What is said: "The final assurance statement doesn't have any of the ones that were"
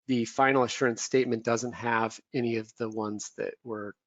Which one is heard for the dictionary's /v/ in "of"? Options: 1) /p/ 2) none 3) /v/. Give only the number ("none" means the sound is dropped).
3